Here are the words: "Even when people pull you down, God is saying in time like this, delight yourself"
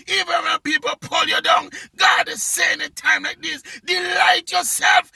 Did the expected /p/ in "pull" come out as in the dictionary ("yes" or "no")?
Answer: yes